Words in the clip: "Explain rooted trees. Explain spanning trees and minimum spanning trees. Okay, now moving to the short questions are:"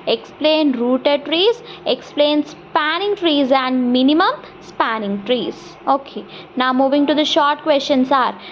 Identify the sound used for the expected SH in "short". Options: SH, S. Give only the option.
SH